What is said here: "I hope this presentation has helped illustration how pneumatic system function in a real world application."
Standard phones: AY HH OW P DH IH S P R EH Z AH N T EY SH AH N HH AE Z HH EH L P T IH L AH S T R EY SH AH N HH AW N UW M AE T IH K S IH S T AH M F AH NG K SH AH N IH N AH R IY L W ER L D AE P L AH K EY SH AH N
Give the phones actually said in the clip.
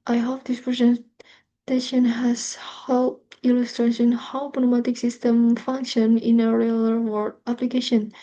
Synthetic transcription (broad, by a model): AY HH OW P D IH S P R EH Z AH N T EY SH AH N HH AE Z HH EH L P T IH L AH S T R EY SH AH N HH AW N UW M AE T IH K S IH S T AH M F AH NG K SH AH N IH N AH R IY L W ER D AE P L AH K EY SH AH N